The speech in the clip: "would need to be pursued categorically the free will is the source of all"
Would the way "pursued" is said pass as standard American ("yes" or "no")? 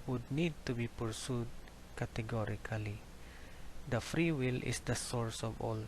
yes